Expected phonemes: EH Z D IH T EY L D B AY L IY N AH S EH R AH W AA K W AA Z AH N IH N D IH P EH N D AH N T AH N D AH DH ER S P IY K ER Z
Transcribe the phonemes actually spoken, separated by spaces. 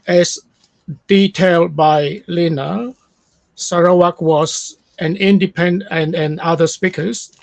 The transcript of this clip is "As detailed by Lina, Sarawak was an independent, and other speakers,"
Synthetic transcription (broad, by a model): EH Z D IH T EY L D B AY L IY N AH S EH R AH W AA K W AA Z AH N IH N D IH P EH N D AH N AH N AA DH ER S P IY K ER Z